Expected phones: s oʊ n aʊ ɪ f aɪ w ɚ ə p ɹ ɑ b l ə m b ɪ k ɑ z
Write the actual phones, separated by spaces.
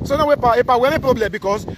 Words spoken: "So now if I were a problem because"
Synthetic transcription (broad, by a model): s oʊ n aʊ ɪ p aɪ w ɚ ə p ɹ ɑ b l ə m b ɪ k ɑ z